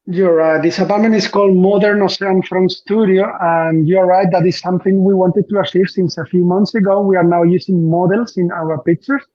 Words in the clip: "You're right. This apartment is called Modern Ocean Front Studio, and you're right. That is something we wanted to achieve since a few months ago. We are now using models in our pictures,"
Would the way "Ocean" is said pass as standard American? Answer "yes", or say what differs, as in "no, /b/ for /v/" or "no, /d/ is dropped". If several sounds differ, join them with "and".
no, /s/ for /ʃ/